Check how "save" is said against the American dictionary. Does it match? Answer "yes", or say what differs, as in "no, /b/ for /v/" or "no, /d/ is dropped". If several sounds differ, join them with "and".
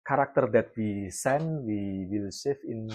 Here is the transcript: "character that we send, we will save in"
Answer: no, /f/ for /v/